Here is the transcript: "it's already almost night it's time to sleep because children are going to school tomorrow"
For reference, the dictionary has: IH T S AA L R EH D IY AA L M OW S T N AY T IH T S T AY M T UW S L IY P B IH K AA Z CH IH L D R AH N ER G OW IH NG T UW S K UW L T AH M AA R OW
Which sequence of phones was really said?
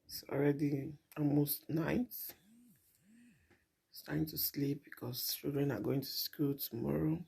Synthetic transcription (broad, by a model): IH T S AA L R EH D IY AA L M OW S T N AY IH T S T AY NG T UW S L IY P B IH K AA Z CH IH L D R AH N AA G OW IH NG T UW S K UW L T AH M AA R OW